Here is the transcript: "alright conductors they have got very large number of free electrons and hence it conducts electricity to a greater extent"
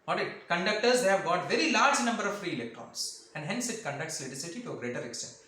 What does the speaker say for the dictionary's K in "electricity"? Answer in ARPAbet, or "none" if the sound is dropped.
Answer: none